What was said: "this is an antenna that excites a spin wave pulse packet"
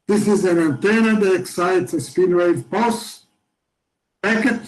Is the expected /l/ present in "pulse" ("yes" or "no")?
no